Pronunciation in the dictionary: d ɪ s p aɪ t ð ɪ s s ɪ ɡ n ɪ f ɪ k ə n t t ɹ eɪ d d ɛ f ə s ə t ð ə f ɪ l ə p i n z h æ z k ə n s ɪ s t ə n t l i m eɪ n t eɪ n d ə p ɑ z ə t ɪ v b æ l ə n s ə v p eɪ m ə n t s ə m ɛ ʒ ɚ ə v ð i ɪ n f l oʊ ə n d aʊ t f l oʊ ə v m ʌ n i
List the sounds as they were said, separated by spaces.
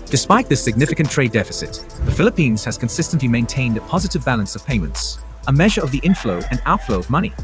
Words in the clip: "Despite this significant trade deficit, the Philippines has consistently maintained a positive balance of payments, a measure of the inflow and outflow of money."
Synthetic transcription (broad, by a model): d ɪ s p aɪ t ð ɪ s s ɪ ɡ n ɪ f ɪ k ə n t t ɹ eɪ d d ɛ f ə s ə t ð ə f ɪ l ə p i n z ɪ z k ə n s ɪ s t ə n t l i m eɪ n t eɪ n d ə p ɑ z ə t ɪ v b æ l ə n s ə v p eɪ m ə n t s ə m ɛ ʒ ɚ ə v ð i ɪ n f l oʊ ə n aʊ t f l oʊ ə v m ʌ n i